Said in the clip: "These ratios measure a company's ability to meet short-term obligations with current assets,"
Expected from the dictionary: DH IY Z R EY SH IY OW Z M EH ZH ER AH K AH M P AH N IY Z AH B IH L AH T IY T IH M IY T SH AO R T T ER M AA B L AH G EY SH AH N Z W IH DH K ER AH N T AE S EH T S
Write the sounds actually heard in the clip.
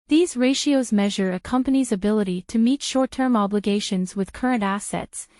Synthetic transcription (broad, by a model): DH IY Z R EY SH IY OW Z M EH ZH ER AH K AH M P AH N IY Z AH B IH L AH T IY T IH M IY T SH AO R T T ER M AA B L AH G EY SH AH N Z W IH DH K ER AH N T AE S EH T S